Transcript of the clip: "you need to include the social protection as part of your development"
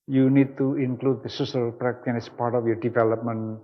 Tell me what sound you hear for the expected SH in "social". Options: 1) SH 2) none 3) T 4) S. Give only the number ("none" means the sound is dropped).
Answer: 4